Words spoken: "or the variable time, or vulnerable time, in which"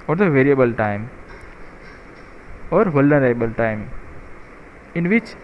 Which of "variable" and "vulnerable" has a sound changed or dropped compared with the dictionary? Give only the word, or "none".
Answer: vulnerable